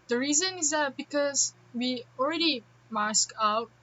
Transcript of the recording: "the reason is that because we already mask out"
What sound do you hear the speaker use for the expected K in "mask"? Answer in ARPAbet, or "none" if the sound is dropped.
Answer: K